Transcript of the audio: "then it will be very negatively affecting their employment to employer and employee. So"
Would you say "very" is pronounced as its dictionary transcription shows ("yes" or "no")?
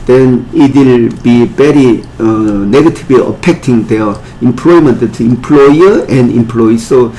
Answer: no